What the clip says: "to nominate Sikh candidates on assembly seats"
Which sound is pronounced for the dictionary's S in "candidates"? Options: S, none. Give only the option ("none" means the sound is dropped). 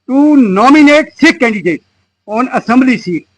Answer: none